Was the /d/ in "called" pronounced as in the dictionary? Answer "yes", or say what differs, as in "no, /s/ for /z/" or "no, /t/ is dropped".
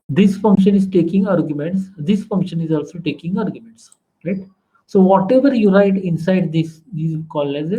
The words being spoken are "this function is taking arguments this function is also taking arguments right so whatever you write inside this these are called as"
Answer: no, /d/ is dropped